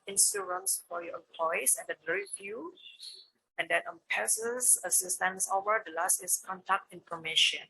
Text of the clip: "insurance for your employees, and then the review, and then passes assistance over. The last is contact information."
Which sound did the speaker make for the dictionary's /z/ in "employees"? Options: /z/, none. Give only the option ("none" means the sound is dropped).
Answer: none